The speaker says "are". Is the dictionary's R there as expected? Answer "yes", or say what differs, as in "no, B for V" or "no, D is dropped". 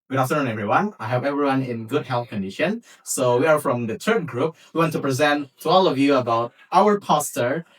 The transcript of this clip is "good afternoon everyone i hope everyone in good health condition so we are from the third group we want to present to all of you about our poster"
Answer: yes